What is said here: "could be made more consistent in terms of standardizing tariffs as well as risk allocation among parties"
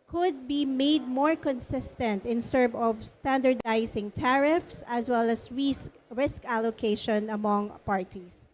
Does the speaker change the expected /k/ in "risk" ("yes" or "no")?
no